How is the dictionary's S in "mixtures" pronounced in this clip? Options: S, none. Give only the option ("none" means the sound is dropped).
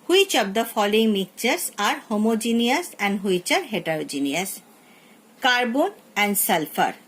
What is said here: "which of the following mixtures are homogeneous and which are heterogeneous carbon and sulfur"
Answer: none